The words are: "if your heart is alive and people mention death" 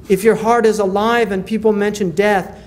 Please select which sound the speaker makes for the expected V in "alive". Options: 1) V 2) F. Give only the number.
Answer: 1